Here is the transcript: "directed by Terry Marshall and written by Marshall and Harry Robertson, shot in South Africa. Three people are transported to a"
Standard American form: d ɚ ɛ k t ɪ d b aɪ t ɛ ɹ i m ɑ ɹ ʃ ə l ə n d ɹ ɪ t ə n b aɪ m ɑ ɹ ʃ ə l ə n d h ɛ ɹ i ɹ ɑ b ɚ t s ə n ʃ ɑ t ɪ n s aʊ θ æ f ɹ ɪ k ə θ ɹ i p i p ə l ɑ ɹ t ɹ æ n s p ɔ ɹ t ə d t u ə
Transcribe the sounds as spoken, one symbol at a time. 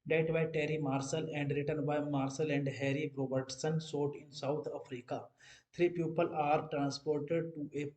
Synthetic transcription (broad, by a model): d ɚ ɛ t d b aɪ t ɛ ɹ i m ɑ ɹ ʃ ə l ə n d ɹ ɪ t ə n b aɪ m ɑ ɹ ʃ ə l ə n d h ɛ ɹ i ɹ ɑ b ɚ t s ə n s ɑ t ɪ n s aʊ t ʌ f ɹ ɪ k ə t ɹ i p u p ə l ɑ ɹ t ɹ æ n s p ɔ ɹ t ə d t u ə